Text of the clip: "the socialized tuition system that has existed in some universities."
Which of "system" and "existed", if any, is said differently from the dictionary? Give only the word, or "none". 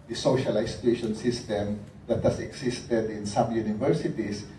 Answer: existed